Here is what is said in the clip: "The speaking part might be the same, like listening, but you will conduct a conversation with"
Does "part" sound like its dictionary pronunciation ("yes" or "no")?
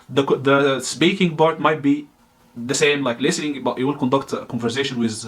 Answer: no